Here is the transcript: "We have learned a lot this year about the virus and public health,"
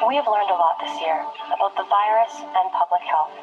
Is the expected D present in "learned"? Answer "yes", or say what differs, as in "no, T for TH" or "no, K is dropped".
yes